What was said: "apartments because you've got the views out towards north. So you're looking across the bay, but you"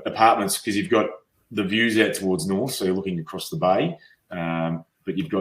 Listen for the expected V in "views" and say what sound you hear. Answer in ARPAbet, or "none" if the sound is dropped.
V